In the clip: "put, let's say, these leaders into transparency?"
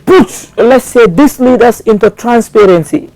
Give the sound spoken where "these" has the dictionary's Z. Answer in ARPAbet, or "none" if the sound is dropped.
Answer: S